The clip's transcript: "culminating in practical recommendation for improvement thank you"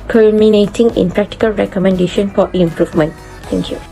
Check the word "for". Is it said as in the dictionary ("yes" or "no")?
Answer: no